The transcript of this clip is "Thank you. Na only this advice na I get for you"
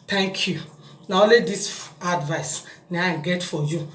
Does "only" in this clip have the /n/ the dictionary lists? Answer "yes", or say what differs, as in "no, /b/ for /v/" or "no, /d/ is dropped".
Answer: no, /n/ is dropped